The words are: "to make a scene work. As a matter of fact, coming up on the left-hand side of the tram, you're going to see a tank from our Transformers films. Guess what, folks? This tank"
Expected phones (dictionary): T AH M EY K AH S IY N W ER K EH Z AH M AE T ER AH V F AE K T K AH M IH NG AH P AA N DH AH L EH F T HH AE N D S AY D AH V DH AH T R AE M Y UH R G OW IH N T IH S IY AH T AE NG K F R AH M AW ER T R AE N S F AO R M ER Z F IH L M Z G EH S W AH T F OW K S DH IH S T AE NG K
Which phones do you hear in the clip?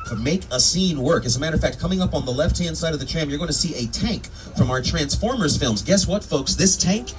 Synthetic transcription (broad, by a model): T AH M EY K AH S IY N W ER K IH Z AH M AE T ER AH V F AE K T K AH M IH NG AH P N DH AH L EH F T HH AE N D S AY D AH V DH AH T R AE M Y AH R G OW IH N T IH S IY AH T AE NG K F R AH M AW ER T R AE N S F AO R M ER Z F IH L M Z G EH S W AH T F OW K S DH IH S T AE NG K